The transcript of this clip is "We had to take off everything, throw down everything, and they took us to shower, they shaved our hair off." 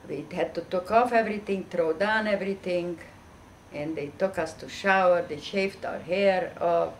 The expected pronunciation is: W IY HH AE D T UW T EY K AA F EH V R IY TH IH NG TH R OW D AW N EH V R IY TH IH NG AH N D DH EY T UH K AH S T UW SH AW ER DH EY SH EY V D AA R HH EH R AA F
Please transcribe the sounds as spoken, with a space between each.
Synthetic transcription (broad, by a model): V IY HH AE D T UW T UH K AA F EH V R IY T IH NG T R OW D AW N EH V R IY T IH NG AH N D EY T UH K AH S T UW SH AW ER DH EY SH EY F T AA R HH EH R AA